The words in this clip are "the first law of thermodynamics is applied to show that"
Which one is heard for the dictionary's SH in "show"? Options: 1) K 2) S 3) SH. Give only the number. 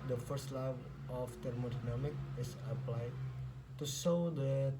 2